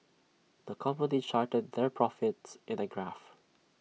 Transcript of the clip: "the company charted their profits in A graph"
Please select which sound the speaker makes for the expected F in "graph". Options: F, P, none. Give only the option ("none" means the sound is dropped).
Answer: F